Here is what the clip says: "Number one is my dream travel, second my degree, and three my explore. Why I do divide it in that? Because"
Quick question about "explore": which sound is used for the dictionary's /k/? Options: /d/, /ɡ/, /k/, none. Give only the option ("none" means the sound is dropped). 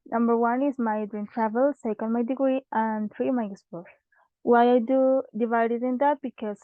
none